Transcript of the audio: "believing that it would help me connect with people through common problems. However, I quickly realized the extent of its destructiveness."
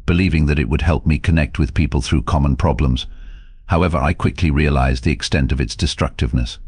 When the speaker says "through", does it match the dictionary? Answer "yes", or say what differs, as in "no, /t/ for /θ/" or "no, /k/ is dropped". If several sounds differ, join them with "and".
yes